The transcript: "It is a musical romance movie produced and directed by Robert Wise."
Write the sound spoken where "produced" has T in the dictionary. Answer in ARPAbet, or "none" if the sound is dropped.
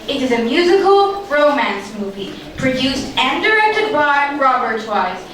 T